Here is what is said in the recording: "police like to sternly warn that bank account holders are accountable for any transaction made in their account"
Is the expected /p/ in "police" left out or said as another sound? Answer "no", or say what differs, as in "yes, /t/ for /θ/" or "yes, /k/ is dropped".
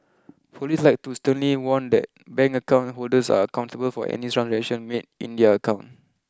yes, /f/ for /p/